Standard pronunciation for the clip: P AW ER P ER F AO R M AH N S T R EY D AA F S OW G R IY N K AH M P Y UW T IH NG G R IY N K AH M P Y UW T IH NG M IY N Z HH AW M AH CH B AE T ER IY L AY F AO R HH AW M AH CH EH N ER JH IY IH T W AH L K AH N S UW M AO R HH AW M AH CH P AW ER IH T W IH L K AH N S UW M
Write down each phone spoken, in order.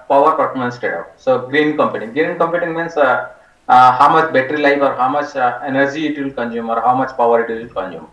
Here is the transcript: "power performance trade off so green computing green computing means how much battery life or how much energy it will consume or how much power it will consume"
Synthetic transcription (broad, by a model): P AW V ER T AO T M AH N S T EY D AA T S OW G R IY N K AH M P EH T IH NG G R IY N K AH M P Y UW T IH NG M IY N S HH AW M AH CH B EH T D IY L AY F AO R HH AW M AH CH EH N ER JH IY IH T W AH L K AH N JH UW M AO R HH AW M AH CH P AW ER IH T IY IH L K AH N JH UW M